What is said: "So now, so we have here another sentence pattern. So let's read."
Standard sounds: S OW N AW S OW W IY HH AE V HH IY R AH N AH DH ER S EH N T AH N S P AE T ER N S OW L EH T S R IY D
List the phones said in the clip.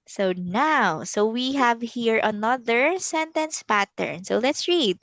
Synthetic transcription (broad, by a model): S OW N AW S OW W IY HH AE V HH IY R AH N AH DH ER S EH N T AH N S P AE T ER N S OW L EH T S R IY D